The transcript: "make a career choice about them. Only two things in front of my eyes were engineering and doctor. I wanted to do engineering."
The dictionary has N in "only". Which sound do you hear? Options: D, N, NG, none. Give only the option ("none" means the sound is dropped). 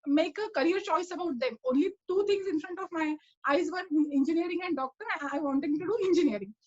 N